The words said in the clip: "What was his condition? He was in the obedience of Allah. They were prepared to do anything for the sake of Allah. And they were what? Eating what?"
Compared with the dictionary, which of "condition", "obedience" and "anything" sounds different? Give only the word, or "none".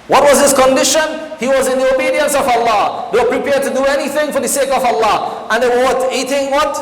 none